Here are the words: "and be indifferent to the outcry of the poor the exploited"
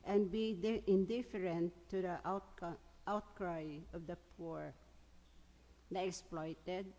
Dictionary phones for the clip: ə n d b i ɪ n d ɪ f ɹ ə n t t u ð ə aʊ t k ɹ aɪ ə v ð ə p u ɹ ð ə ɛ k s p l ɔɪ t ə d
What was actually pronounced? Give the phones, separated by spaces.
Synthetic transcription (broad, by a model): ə n b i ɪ n d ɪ f ɹ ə n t t u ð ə aʊ t k ɹ aɪ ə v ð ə p u ɹ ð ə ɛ k s p l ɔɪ t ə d